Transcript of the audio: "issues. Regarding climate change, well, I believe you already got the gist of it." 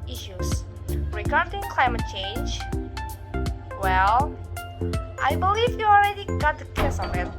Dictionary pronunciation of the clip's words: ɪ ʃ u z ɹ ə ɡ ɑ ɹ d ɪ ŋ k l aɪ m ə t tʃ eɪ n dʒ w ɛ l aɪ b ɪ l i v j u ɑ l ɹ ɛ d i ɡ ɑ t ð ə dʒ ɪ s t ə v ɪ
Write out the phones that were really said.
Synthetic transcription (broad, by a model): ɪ ʃ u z ɹ ə ɡ ɑ ɹ d ɪ ŋ k l aɪ m ə t tʃ eɪ n dʒ w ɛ l aɪ b ɪ l i v j u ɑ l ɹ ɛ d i ɡ ɑ t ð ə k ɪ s ə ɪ